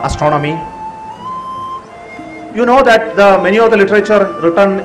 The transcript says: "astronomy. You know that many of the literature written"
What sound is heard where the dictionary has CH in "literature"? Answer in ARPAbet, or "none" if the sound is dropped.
CH